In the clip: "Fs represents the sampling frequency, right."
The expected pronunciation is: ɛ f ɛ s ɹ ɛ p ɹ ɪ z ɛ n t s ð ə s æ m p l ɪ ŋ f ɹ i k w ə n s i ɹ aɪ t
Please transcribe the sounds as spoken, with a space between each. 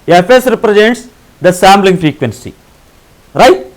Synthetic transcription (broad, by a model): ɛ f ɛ s ɹ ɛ p ɹ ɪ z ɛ n t s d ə s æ m b l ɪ ŋ f ɹ i k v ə n s i ɹ aɪ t